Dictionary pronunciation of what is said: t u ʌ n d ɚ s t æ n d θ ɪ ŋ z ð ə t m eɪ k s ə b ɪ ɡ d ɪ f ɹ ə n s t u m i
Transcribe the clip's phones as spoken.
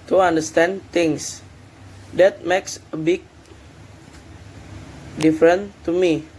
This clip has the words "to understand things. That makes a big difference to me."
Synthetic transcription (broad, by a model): t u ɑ n d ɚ s t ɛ n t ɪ ŋ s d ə t m eɪ k s ə b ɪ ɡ d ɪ f ɹ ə n t u m i